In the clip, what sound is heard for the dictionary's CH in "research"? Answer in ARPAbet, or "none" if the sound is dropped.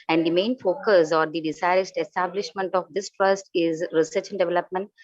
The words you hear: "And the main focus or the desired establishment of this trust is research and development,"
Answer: CH